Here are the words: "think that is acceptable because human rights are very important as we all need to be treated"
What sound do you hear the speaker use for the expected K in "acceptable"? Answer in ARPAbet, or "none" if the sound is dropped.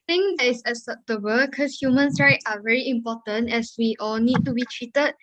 none